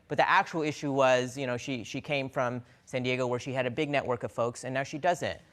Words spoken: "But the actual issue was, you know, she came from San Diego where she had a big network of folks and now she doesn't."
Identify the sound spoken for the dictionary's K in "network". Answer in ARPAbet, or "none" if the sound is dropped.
K